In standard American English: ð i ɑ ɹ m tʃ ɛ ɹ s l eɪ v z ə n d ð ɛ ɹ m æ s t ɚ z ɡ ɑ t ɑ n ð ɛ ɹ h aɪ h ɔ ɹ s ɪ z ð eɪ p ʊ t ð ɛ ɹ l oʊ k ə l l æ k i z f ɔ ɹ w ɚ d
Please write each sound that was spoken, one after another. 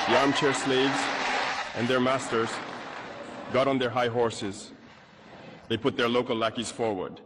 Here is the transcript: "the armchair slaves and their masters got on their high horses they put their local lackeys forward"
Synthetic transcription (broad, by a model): ð i ɑ ɹ m tʃ ɛ ɹ s l eɪ v z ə n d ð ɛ ɹ m æ s t ɚ z ɡ ɑ t n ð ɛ ɹ h aɪ h ɔ ɹ s ɪ z ð eɪ p ʊ t ð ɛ ɹ l oʊ k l l æ k i z f ɔ ɹ w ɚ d